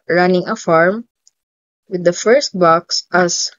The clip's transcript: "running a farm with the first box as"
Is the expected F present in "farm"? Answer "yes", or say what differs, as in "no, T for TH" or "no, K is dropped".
yes